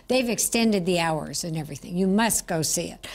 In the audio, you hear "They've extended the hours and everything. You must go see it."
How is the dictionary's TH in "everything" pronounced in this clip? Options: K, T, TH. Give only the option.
TH